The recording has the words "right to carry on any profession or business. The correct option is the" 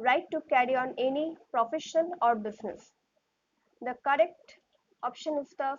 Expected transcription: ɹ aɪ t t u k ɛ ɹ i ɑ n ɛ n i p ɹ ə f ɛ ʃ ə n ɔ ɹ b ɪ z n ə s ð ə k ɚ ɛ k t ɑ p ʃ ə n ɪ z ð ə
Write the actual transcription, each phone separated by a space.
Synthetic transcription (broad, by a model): ɹ aɪ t t u k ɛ ɹ i ɑ n ɛ n i p ɹ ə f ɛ ʃ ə l ɔ ɹ b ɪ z n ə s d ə k ɚ ɛ k t ɑ p ʃ ə n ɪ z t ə